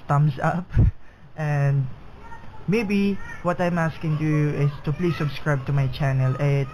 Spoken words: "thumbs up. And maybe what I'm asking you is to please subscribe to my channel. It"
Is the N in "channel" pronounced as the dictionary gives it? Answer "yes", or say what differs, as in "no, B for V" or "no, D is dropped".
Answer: yes